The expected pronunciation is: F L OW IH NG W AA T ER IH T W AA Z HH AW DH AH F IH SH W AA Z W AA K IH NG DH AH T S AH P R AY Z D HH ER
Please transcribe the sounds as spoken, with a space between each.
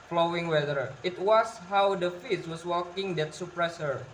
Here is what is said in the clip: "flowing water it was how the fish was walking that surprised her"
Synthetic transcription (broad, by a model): F L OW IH NG W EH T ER IH T W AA S HH AW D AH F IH S W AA S W AA K IH NG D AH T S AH P R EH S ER